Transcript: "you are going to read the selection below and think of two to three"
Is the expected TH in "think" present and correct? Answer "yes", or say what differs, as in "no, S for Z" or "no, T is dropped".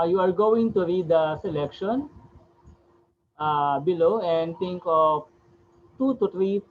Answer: no, T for TH